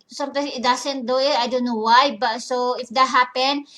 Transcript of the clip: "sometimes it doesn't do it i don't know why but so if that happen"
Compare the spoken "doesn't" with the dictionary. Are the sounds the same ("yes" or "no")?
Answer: no